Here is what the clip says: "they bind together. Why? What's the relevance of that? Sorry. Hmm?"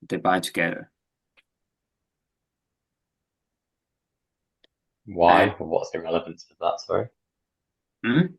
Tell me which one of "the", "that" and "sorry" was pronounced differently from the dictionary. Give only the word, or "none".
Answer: sorry